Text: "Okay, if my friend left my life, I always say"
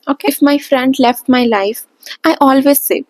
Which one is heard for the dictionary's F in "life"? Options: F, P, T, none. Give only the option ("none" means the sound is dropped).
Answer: F